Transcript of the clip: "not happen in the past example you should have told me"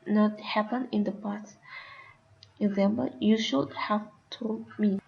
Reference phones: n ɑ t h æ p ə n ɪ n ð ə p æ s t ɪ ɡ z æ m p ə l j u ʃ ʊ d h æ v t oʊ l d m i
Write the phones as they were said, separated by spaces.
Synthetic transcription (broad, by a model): n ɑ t h æ p ə n ɪ n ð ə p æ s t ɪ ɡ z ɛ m b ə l j u ʃ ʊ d h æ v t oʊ m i